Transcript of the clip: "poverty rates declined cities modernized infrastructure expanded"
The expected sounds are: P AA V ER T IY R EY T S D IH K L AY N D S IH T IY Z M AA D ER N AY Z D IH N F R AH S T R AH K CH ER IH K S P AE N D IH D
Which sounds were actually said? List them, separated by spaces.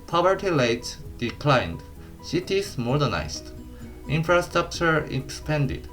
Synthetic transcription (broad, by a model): P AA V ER T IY L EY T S D IH K L AY N D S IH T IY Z M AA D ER N AY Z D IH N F R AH S T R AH K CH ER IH K S P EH N D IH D